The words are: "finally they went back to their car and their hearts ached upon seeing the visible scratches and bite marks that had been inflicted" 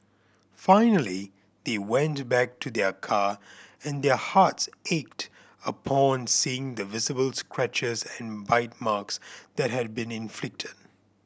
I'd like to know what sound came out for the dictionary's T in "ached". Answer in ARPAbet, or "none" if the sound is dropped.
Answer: T